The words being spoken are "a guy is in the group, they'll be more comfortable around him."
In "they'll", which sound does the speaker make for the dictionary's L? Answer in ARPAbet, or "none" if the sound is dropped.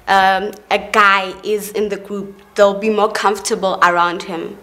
L